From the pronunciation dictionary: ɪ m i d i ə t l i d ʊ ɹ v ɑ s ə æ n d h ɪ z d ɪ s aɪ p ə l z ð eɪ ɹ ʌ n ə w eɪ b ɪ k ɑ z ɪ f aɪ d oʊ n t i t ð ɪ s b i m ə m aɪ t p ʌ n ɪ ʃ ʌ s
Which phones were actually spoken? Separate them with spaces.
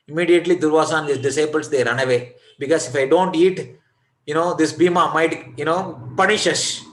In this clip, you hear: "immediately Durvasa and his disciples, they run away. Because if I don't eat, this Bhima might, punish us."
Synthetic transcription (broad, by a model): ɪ m i d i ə t l i d ʊ ɹ v ɑ s ə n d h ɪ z d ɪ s aɪ p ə l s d eɪ ɹ ʌ n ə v eɪ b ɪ k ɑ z ɪ f aɪ d oʊ n t i t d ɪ s b i m ə m aɪ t p ʌ n ɪ ʃ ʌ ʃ